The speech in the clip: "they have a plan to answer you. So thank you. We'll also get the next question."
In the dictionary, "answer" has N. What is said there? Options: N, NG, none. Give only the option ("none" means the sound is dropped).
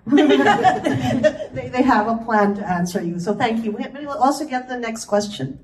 N